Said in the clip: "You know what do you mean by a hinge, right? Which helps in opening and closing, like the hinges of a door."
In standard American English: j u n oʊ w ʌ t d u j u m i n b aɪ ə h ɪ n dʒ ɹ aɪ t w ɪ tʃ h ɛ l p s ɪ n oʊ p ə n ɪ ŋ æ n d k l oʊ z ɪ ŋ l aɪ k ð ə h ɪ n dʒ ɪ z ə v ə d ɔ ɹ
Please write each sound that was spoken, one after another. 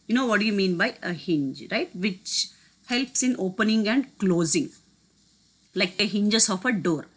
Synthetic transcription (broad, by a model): j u n oʊ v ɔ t d u j u m i n b aɪ ə h ɪ n dʒ ɹ aɪ t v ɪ tʃ h ɛ l p s ɪ n oʊ p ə n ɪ ŋ æ n d k l oʊ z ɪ ŋ l aɪ k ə h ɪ n dʒ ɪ s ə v ə d ɔ ɹ